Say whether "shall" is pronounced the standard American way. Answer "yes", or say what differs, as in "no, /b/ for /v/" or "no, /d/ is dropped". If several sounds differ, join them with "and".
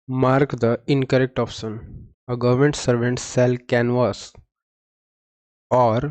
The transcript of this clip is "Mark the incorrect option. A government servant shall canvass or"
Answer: no, /s/ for /ʃ/